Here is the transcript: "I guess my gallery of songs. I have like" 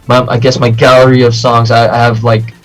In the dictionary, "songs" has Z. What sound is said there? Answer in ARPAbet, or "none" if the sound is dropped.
Z